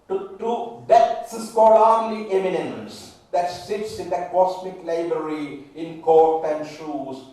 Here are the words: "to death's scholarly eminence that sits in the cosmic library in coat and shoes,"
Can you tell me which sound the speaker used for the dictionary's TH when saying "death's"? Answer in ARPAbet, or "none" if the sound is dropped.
T